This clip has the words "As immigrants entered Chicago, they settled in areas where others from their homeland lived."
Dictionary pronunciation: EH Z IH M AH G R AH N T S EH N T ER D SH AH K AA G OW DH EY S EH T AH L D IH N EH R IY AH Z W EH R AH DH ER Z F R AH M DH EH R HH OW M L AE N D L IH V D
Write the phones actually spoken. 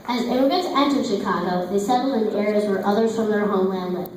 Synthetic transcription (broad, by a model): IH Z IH AH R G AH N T EH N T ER SH AH K AA G OW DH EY S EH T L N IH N EH R IY AH Z W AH R AH DH ER Z F R AH M DH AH R HH OW M L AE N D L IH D